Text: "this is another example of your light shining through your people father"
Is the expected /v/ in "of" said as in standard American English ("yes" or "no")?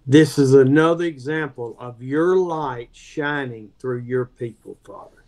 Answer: yes